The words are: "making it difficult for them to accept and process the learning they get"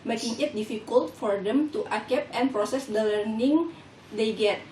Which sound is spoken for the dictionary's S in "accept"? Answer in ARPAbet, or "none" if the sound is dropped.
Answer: none